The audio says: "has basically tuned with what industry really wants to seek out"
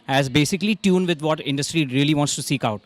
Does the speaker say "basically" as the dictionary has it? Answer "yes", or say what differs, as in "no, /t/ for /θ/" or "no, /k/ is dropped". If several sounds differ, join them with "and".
yes